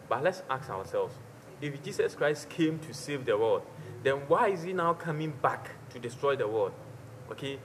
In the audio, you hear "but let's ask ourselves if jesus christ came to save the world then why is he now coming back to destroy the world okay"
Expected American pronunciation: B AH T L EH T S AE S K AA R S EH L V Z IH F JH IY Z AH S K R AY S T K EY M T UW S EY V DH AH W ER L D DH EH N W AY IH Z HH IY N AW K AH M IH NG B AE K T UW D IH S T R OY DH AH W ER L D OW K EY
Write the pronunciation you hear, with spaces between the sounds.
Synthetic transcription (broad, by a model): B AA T L EH T S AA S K AA W S EH L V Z IH F JH IY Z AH S K R AY S T K EY M T UW S EY V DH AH W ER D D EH N W AY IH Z HH IY N AW K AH M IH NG B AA K T UW D IH S T R OY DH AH W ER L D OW K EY